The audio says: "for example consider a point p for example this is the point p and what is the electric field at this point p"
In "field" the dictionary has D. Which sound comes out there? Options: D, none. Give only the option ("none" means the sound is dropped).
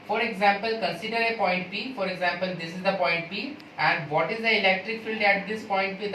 D